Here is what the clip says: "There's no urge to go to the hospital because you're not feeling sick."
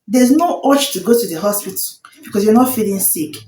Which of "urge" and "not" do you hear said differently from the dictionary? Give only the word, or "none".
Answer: urge